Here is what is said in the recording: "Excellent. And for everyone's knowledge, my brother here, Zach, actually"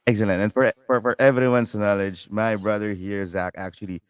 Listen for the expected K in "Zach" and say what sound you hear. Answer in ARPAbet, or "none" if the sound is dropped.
K